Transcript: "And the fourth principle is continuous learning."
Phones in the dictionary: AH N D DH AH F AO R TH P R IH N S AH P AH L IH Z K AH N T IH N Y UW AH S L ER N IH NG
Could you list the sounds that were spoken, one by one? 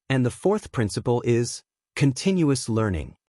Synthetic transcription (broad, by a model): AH N DH AH F AO R TH P R IH N S AH P AH L IH Z K AH N T IH N Y UW AH S L ER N IH NG